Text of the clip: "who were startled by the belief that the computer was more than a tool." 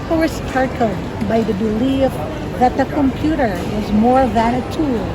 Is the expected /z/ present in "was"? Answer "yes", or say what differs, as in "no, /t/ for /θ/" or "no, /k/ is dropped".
yes